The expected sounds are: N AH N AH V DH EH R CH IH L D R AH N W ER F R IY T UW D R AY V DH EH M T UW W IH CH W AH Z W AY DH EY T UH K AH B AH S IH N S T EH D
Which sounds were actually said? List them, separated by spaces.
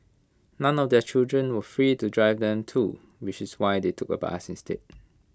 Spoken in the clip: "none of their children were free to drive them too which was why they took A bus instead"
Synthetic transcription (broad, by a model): N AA N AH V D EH CH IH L D R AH N W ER F R IY T UW D R AY V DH EH M T UW W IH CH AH S W AY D EY T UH K AH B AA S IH N S T EH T